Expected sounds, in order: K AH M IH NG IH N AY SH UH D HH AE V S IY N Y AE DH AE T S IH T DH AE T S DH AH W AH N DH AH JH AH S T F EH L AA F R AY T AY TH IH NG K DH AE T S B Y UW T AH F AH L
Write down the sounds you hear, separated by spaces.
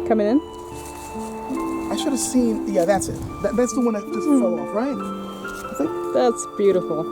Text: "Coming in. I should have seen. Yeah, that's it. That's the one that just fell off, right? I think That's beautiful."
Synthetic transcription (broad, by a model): K AH M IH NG IH N AY SH UH D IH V S IY N Y AE DH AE T S IH T DH AE T S DH AH W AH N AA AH JH AH S T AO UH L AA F R AY T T S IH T DH AE T S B Y UW T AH F L